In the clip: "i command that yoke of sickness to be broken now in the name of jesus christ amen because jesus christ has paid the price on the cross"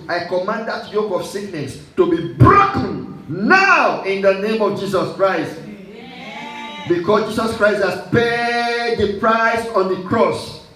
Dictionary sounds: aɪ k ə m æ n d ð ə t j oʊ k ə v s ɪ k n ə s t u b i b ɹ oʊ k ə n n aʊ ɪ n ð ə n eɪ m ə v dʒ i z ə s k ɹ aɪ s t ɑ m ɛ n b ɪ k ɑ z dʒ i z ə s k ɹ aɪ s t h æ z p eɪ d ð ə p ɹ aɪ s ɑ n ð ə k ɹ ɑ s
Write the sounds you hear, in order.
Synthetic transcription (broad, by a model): aɪ k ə m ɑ n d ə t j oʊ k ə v s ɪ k n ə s t u b i b ɹ oʊ k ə n n aʊ ɪ n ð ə n eɪ m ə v dʒ i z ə s k ɹ aɪ s t b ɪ k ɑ s dʒ i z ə s k ɹ aɪ s t h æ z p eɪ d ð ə p ɹ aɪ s ɑ n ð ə k ɹ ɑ s